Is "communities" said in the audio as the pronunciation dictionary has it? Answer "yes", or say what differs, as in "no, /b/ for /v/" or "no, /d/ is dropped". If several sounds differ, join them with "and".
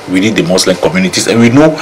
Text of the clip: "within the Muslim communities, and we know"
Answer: no, /s/ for /z/